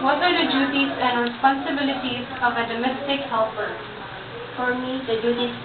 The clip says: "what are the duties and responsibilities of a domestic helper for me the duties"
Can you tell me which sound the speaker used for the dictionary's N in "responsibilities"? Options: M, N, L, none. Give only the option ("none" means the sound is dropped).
N